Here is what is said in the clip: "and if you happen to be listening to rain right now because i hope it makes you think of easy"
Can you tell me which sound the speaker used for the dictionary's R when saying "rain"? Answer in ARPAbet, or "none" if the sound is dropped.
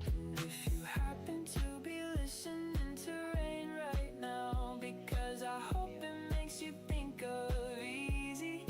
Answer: R